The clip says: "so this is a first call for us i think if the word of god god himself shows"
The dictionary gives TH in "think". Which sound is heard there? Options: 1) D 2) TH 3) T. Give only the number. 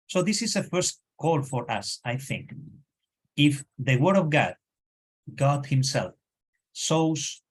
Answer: 2